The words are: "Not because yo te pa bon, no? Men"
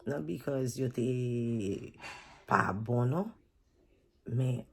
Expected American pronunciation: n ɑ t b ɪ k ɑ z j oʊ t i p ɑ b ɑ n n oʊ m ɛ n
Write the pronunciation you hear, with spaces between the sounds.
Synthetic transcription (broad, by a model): n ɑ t b ɪ k ɑ z j oʊ t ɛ p ɑ b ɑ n n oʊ m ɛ